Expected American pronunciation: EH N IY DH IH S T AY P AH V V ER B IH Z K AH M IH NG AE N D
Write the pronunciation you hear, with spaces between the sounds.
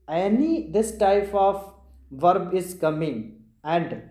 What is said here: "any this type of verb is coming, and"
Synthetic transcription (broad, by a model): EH N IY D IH S T AY P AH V V ER B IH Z K AH M IH NG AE N D